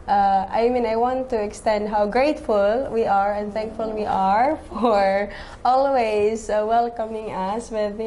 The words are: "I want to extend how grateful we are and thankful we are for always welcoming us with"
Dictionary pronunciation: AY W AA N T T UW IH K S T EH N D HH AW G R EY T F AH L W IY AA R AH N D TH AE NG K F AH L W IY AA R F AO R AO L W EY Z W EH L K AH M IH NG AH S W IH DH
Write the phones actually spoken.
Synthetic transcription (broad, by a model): AY W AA N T T UW IH K S T EH N D HH AW G R EY T F AH L W IY AA R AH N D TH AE NG K F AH L W IY AA R F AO R AO L W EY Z W EH L K AH M IH NG AH S W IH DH